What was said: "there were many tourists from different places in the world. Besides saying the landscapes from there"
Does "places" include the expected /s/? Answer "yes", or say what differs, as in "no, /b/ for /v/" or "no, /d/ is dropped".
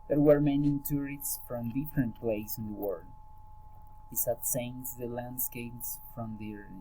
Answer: no, /s/ is dropped